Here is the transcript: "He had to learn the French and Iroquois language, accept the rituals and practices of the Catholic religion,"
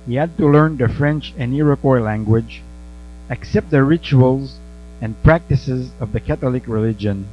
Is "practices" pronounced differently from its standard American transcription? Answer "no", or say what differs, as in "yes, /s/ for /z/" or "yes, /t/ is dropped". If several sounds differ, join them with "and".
no